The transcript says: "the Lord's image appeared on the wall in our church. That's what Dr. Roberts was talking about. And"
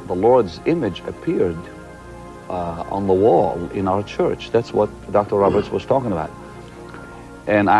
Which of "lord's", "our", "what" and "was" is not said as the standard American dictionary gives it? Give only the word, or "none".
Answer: none